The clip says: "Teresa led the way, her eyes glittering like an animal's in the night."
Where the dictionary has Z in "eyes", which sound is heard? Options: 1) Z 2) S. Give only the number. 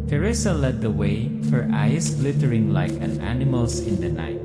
2